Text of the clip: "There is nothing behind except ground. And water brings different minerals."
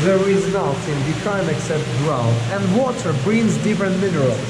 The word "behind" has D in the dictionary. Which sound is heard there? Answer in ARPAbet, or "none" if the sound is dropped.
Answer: none